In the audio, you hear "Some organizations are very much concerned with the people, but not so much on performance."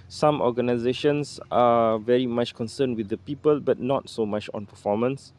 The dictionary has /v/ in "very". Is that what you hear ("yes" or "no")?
yes